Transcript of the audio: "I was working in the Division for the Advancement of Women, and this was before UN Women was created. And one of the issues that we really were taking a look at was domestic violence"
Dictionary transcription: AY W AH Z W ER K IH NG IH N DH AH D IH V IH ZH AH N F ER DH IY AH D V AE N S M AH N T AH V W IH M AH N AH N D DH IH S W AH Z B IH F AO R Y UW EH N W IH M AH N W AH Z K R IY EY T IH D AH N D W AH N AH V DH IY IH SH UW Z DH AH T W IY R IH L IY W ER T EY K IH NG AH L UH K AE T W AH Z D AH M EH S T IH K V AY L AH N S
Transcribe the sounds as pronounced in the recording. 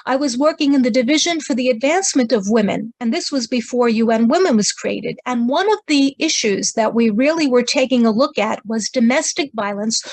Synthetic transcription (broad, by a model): AY W AH Z W ER K IH NG IH N DH AH D IH V IH ZH AH N F ER DH IY AH D V AE N S M AH N T AH V W IH M AH N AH N DH IH S W AH Z B IH F AO R Y UW EH N W IH M AH N W AH Z K R IY EY T IH D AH N W AH N AH V DH IY IH SH UW Z DH AH T W IY R IH L IY W ER T EY K IH NG AH L UH K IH T W AH Z D AH M EH S T IH K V AY L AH N S